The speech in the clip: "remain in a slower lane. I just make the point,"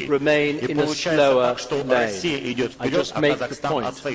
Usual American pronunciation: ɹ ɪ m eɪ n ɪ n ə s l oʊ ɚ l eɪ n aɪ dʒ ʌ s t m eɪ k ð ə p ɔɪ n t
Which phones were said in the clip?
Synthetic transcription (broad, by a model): ɹ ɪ m eɪ n ɪ n ə s l oʊ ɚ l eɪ aɪ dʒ ʌ s m eɪ k ð ə p ɔɪ n t